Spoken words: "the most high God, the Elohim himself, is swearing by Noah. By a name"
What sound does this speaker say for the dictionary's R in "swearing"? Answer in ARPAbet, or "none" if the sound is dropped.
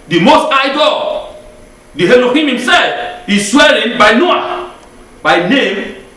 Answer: L